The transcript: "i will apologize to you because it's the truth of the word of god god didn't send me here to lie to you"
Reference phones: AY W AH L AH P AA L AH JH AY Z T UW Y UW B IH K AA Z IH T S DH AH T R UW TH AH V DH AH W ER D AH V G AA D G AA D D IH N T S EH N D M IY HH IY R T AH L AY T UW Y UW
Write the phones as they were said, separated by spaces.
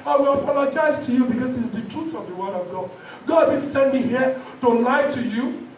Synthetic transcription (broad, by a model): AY W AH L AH P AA L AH JH AY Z T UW Y UW B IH K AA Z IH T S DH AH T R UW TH AH V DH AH W ER D AH V G AA D G AA D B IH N S EH N D M IY HH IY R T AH L AY T UW Y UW